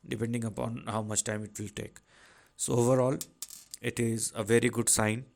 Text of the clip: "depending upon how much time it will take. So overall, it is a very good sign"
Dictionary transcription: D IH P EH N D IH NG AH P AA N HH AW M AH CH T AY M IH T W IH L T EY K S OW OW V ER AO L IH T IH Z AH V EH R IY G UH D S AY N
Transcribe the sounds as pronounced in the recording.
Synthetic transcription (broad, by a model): D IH P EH N D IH NG AH P AA N HH AW M AH CH T AY M IH T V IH L T EY K S OW OW V ER AO L IH T IH Z AH V EH R IY G UH D S AY N